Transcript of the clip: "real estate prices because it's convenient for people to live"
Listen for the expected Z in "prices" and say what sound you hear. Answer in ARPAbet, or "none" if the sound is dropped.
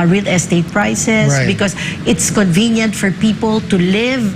S